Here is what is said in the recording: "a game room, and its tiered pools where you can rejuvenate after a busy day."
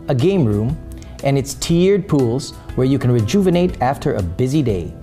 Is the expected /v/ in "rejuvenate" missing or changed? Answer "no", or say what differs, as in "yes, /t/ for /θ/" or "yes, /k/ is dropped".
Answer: no